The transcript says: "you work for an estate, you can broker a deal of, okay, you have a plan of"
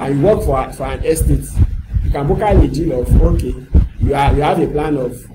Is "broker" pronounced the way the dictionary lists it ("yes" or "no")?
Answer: no